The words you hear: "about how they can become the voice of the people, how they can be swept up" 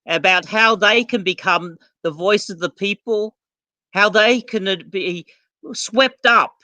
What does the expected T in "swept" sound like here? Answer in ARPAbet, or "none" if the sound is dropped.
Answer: T